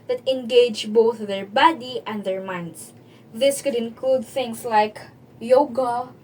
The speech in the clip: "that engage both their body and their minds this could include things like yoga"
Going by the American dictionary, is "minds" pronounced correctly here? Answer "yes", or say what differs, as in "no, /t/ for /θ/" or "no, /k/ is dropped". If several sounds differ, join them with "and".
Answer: no, /s/ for /z/